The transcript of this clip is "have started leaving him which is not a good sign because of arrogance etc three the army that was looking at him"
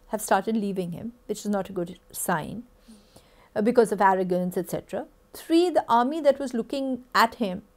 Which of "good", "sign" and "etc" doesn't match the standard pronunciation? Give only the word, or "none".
none